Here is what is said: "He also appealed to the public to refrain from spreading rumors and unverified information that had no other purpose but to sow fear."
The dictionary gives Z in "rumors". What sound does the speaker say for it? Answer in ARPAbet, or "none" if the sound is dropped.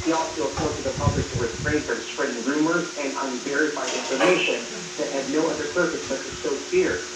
Z